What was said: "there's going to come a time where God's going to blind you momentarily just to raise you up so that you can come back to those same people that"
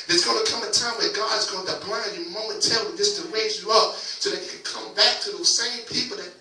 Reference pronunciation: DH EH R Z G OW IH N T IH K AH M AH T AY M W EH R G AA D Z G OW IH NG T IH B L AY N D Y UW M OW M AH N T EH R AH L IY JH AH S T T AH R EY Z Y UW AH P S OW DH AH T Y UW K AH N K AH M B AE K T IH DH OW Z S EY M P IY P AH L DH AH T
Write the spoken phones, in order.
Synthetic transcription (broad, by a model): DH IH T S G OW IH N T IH K AH M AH T AY M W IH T G AA D Z G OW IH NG T IH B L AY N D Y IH M OW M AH N T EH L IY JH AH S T T AH R EY Z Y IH AH P S OW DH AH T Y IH K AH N K AH M B AE K T IH DH OW Z S EY M P IY P L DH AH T